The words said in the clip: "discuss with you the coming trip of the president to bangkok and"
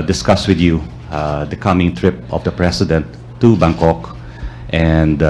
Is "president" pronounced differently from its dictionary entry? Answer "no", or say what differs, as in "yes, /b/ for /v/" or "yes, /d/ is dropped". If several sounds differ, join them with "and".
yes, /s/ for /z/